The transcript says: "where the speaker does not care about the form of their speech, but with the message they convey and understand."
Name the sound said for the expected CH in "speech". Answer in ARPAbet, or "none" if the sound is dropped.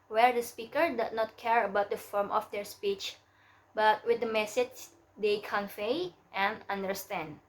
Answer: CH